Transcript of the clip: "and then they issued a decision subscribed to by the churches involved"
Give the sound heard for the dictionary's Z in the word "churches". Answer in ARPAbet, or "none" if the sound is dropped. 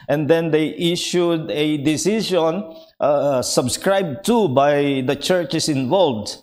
S